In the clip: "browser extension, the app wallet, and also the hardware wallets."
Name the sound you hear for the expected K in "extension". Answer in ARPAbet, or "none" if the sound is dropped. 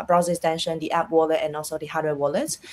none